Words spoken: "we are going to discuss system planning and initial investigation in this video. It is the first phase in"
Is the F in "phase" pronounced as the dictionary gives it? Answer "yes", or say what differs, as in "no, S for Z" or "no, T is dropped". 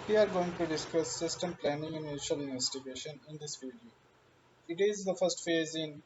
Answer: yes